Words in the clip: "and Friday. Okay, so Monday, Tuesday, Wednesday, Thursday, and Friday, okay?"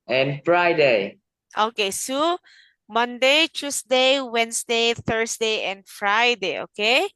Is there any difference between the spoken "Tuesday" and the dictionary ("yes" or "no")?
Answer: yes